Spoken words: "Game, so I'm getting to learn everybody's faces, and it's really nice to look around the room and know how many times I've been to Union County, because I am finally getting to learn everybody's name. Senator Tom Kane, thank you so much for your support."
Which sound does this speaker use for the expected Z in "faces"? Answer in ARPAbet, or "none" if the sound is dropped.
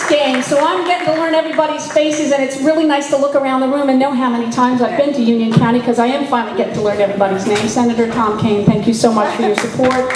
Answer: Z